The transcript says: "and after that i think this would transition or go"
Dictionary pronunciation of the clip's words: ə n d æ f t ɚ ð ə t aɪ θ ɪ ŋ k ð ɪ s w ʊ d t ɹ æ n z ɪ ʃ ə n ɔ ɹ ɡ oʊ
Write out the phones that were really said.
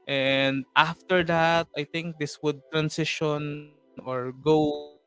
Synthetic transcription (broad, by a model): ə n d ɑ f t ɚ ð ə t aɪ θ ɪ ŋ k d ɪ s w ʊ d t ɹ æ n s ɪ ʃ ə n ɔ ɹ ɡ oʊ